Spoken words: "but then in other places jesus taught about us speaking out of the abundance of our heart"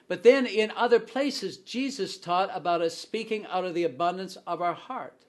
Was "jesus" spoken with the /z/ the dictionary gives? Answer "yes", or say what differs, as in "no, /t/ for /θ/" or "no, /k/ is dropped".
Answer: yes